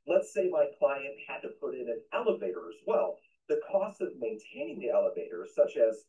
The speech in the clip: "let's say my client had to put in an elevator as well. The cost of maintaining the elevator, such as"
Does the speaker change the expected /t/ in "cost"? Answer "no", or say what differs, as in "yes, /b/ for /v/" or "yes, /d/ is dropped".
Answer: no